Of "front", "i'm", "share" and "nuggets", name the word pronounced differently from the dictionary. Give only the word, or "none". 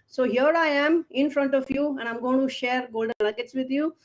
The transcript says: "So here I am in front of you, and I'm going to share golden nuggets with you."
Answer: nuggets